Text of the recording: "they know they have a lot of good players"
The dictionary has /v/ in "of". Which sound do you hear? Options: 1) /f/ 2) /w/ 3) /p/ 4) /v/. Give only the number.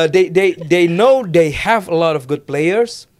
4